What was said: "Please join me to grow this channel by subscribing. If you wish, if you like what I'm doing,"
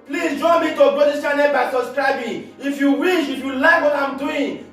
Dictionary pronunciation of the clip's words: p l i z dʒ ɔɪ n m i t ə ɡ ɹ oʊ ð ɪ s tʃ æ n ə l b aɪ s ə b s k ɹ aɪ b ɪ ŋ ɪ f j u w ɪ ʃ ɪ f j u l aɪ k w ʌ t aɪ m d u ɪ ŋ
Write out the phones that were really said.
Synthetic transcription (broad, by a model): p l i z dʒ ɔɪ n m i t ə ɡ oʊ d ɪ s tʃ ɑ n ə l b aɪ s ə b s k ɹ aɪ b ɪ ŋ ɪ f j u w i ʃ ɪ f j u l aɪ k w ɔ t aɪ m d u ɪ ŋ